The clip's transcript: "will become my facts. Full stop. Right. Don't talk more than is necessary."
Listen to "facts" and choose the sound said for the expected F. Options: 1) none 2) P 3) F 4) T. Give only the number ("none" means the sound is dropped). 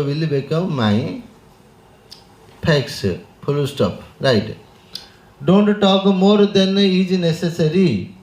2